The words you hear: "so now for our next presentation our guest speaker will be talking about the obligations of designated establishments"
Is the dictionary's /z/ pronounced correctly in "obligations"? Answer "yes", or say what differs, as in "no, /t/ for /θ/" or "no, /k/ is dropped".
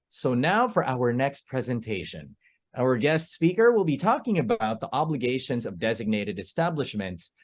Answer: yes